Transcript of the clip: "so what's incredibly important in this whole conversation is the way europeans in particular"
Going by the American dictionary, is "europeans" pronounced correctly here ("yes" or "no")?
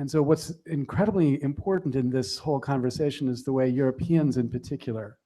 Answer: yes